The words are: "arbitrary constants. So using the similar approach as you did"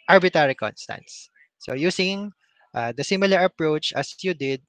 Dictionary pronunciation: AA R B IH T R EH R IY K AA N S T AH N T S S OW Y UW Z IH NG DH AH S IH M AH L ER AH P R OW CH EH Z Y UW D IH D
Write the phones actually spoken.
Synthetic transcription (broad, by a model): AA R B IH T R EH R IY K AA N S T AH N T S S OW Y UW S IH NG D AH S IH M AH L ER AH P R OW CH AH S Y UW D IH D